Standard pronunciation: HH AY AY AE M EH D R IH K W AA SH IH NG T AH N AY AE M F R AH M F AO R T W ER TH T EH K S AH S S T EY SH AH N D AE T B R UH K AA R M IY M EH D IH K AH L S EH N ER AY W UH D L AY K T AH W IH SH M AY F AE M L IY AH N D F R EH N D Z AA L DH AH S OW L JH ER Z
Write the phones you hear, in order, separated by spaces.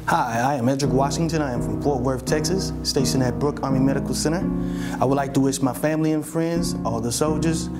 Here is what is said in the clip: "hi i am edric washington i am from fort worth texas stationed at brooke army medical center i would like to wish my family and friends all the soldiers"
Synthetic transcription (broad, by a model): HH AY AY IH M EH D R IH K W AA SH IH NG T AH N AY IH M F R AH M P AO R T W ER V T EH K S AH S S T EY SH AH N IH T B R UH K AA R M IY M EH D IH K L S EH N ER AY W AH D L AY K T AH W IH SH M AY F AE M L IY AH N F R EH N D Z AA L DH AH S OW L JH ER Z